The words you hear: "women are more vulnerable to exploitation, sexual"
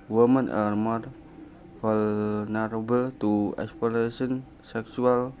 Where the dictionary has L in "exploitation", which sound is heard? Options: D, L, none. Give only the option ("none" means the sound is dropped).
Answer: none